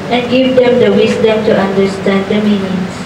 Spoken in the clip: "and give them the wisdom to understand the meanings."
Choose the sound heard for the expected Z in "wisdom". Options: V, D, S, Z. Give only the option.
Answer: S